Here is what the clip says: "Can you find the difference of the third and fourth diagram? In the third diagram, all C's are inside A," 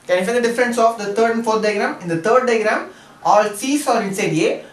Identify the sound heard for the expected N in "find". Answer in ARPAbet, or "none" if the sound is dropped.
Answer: none